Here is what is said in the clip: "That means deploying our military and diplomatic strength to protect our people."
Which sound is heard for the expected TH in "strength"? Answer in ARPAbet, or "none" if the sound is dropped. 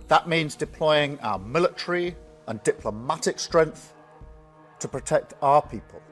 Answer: TH